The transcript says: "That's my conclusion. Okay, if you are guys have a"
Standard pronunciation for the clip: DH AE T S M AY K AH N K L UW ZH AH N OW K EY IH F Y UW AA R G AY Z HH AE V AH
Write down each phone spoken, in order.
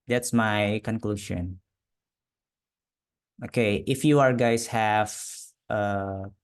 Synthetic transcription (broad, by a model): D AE T S M AY K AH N K L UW SH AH N OW K EY IH F Y UW AA R G AY S HH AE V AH